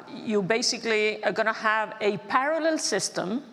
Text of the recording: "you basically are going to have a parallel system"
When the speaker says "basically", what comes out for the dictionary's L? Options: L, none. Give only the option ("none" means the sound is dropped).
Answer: L